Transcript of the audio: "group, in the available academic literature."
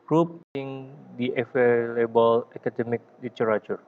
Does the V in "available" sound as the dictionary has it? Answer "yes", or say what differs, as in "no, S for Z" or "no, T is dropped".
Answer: no, F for V